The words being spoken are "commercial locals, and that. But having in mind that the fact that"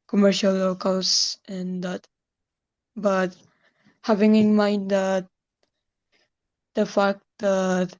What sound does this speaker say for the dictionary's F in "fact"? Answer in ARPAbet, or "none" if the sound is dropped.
F